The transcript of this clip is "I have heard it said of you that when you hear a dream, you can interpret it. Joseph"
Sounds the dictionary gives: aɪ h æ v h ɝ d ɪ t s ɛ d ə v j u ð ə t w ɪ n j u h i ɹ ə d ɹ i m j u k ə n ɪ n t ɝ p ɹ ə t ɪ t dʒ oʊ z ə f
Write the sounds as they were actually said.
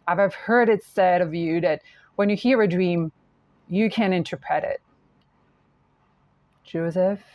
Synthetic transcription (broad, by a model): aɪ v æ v h ɝ d ɪ t s ɛ d ə v j u ð ə t w ɪ n j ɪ h i ɹ ə d ɹ i m j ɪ k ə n ɪ n t ɝ p ɹ ə t ɪ t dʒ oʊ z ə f